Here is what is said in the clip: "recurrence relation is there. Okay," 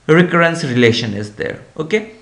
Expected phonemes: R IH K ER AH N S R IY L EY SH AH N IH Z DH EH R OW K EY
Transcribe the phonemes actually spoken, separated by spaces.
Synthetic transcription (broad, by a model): R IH K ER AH N S R IY L EY SH AH N IH Z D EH R OW K EY